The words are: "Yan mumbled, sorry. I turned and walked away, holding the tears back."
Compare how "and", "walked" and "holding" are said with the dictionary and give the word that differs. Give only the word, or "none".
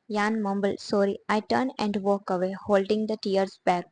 walked